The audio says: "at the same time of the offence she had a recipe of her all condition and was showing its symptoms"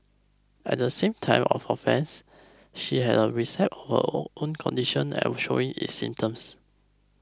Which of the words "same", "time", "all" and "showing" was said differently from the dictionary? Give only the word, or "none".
all